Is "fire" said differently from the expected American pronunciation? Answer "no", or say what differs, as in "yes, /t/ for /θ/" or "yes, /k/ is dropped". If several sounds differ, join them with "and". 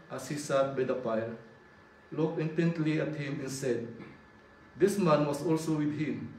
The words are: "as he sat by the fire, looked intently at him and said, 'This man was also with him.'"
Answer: yes, /p/ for /f/